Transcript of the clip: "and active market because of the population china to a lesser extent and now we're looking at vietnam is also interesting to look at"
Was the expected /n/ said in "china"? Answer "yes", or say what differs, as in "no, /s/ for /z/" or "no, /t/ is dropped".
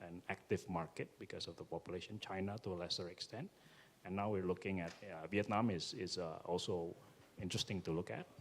yes